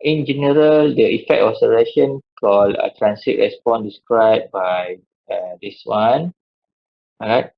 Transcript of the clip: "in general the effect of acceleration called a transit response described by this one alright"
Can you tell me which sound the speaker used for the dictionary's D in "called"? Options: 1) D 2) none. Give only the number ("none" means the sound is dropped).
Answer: 2